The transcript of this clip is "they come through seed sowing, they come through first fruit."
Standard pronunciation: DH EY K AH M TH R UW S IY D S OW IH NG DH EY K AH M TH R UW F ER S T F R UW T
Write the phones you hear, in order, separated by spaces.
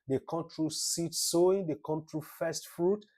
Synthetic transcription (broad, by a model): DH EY K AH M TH R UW S IY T S OW IH NG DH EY K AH M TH R UW F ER S T F R UW T